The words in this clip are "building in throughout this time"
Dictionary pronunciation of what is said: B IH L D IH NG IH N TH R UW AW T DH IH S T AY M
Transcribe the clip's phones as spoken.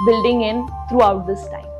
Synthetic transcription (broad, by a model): B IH L D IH NG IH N T R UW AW T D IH S T AY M